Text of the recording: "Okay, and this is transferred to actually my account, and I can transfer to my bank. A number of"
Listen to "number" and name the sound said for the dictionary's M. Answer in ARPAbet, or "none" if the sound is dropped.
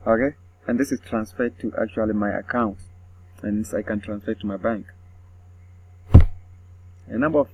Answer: M